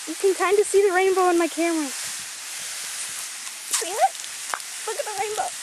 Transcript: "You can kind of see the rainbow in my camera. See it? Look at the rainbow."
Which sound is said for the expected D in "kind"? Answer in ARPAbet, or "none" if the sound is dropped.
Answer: D